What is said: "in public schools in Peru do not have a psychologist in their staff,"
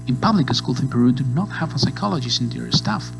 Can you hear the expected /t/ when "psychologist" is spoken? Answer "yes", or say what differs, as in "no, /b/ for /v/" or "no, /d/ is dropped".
no, /t/ is dropped